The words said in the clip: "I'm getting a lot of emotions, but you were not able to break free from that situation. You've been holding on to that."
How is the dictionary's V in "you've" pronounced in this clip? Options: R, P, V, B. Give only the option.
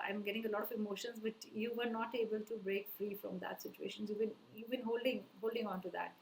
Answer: B